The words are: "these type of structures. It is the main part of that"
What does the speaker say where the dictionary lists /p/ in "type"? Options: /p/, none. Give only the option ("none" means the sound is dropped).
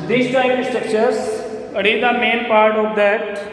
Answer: none